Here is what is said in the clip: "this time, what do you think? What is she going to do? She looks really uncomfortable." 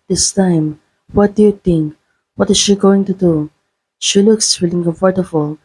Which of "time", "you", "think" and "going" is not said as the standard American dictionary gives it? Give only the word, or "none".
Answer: think